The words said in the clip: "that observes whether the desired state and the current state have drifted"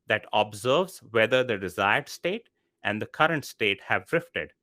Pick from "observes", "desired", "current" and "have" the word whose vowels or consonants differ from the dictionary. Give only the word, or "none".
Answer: none